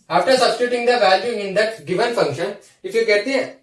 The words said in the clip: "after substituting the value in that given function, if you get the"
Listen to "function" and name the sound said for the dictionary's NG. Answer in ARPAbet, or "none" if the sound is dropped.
NG